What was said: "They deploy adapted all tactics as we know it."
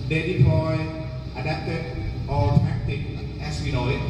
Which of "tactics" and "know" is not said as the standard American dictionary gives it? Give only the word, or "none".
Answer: tactics